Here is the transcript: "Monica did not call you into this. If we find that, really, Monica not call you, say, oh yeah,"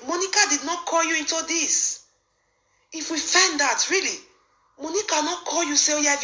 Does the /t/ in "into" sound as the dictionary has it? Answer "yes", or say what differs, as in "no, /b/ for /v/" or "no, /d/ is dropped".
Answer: yes